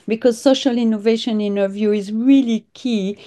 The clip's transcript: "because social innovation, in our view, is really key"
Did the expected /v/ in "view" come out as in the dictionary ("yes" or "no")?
yes